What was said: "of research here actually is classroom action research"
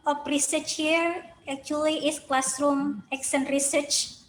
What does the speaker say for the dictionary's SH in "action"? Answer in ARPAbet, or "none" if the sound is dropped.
S